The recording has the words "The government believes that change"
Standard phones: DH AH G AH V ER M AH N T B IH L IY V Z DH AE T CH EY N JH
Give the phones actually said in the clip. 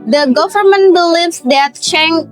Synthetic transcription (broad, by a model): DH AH G AH V ER M AH N T B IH L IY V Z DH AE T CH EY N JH